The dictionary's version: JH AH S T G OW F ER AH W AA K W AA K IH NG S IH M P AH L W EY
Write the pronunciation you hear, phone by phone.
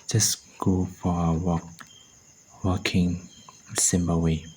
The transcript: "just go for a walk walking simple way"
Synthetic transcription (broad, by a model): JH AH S G OW F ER AH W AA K W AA K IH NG S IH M B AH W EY